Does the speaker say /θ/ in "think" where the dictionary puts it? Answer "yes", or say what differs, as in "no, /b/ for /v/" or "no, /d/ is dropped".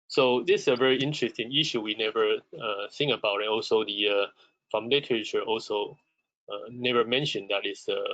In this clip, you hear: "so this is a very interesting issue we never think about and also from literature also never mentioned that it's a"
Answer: no, /s/ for /θ/